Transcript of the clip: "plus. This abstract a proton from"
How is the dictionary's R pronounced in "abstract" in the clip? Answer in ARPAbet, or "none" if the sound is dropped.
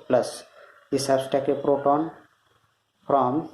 none